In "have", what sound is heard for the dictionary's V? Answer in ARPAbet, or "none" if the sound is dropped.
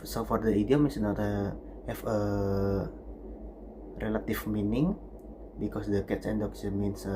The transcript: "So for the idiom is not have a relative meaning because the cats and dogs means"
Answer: F